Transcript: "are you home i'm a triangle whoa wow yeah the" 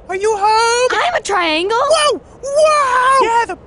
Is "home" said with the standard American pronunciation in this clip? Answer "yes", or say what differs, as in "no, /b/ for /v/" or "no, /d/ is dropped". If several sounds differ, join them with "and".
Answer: no, /m/ is dropped